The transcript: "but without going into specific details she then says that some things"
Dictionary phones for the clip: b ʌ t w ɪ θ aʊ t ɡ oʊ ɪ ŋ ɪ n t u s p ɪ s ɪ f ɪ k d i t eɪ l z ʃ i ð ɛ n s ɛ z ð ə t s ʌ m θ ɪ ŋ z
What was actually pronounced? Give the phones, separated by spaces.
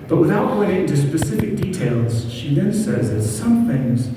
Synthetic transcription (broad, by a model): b ʌ t w ɪ θ aʊ t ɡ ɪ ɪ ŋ ɪ n t u s p ɪ s ɪ f ɪ k d i t eɪ l z ʃ i ð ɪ n s ɛ z ð ə t s ʌ m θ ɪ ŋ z